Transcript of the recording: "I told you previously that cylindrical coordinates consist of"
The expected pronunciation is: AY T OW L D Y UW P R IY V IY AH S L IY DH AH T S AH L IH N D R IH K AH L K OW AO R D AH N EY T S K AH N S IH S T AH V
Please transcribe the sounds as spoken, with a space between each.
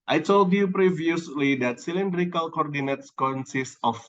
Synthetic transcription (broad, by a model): AY T OW L D Y UW P R IY V IY AH S L IY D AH T S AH L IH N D R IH K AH L K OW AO R D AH N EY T S K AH N S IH S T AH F